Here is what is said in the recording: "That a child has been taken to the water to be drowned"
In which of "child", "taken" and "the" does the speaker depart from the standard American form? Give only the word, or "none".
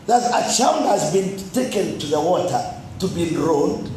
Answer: child